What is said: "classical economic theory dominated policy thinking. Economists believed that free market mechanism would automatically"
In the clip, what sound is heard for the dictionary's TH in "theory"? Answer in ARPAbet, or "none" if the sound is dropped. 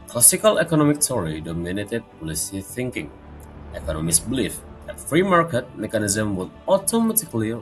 T